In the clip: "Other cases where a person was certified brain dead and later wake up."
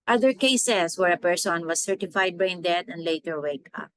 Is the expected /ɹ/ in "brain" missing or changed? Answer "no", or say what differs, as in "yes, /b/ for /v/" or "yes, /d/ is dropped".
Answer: yes, /ɹ/ is dropped